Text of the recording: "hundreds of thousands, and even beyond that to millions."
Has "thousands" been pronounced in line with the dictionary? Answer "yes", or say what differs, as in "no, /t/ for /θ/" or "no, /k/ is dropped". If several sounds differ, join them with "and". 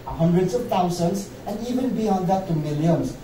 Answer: no, /t/ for /θ/